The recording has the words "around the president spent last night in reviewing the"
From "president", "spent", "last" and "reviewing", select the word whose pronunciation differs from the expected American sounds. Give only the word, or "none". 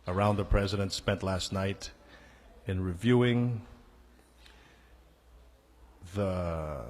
none